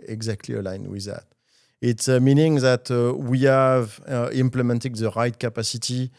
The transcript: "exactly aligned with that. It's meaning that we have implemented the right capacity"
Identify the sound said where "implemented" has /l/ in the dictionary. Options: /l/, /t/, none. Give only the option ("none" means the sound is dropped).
/l/